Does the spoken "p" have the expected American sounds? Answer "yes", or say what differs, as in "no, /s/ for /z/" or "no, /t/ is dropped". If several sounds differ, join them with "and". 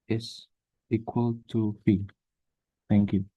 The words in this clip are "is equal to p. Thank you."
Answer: no, /f/ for /p/